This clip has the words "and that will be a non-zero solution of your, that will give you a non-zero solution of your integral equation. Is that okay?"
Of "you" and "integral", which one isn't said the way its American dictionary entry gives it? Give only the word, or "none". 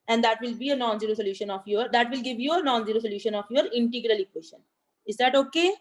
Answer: none